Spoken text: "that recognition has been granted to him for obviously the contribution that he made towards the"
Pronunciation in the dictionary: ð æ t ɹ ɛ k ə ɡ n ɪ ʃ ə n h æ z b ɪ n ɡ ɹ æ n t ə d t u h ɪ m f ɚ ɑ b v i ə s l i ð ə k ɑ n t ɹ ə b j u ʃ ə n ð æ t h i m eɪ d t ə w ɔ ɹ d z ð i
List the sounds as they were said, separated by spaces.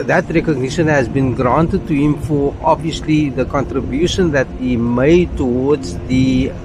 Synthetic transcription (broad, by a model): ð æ t ɹ ɛ k ə ɡ n ɪ ʃ ə n h æ z b ɪ n ɡ ɹ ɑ n t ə d t u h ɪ m f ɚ ɑ b v i ə s l i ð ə k ɑ n t ɹ ə b j u ʃ ə n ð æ t h i m eɪ d t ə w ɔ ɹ d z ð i